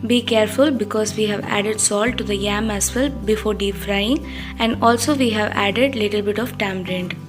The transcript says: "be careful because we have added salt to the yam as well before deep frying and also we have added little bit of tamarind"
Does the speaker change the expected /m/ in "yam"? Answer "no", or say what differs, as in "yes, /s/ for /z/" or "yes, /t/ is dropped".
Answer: no